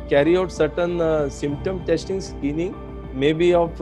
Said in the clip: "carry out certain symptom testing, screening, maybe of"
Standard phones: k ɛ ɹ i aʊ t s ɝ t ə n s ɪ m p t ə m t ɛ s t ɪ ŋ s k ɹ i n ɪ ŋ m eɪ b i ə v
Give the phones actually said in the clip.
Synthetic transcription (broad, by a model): k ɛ ɹ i aʊ t s ɝ t ə n s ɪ m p t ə m t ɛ s t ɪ ŋ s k i n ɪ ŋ m eɪ b i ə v